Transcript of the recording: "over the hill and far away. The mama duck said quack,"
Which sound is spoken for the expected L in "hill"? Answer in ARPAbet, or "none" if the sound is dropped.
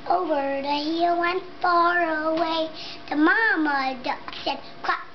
W